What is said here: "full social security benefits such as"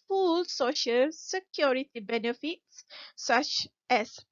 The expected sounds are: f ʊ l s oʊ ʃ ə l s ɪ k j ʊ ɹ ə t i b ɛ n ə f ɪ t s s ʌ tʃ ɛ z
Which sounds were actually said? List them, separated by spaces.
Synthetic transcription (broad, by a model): f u l s oʊ ʃ ə l s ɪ k j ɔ ɹ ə t i b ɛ n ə f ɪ t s s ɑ tʃ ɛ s